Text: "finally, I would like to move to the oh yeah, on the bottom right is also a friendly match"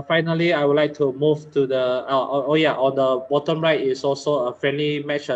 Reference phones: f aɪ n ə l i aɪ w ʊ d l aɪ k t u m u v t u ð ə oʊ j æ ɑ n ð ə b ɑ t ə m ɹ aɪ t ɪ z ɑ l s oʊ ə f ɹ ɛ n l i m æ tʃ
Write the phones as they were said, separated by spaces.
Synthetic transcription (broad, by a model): f aɪ n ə l i aɪ w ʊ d l aɪ k t u m u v t u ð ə oʊ j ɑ ɑ n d ə b ɑ t ə m ɹ aɪ t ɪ s ɑ l s oʊ ə f ɹ ɛ n l i m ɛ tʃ